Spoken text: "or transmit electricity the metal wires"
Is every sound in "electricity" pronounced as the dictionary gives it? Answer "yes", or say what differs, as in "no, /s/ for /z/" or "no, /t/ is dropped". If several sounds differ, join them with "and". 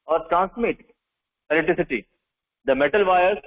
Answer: no, /k/ is dropped